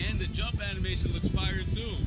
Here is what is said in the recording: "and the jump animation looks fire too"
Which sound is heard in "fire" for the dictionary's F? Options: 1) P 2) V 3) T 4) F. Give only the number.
1